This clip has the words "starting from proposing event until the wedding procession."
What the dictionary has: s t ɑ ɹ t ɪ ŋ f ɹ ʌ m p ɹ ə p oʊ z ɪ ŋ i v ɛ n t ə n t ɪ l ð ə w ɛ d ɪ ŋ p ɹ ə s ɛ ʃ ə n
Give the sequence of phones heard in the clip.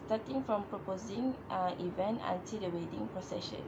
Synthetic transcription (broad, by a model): s t ɑ t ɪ ŋ f ɹ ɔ m p ɹ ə p oʊ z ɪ ŋ i v ɛ n t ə n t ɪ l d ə w ɛ d ɪ ŋ p ɹ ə s ɛ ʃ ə n